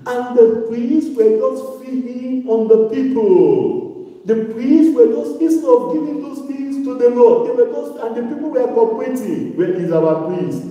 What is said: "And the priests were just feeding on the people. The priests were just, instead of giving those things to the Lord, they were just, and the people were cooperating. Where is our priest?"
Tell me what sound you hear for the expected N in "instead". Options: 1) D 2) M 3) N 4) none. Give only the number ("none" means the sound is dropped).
4